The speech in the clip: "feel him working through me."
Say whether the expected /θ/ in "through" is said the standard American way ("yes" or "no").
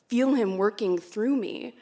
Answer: yes